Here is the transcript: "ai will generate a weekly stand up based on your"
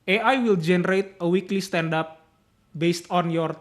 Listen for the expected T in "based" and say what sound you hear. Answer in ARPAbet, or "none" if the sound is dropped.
T